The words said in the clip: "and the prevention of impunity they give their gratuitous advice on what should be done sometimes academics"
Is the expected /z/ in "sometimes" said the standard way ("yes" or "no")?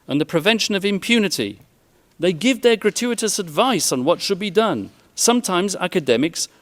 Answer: yes